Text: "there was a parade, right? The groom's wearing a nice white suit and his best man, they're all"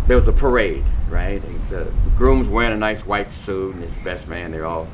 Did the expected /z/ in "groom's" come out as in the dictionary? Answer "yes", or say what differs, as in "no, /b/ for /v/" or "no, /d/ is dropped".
yes